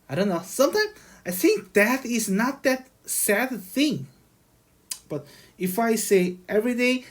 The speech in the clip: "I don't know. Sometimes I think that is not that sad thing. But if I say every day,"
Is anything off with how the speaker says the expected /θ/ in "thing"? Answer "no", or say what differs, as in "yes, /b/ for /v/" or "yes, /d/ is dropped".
no